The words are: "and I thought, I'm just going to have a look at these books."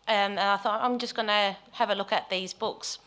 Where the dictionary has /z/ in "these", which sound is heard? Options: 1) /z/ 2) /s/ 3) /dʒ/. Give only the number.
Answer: 1